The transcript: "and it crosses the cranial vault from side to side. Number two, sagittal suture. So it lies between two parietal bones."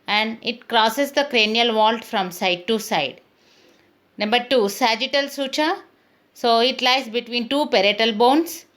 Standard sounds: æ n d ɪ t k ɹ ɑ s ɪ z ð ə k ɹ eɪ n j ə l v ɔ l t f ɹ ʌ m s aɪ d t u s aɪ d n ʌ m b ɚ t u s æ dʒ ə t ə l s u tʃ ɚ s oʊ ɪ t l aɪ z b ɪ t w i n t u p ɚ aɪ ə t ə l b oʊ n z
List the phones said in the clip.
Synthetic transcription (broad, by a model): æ n d ɪ t k ɹ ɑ s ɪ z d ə k ɹ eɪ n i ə l v ɔ l t f ɹ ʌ m s aɪ d t u s aɪ d n ʌ m b ɚ t u s æ dʒ ə t ə l s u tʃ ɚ s oʊ ɪ t l aɪ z b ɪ t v i n t u p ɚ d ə t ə l b oʊ n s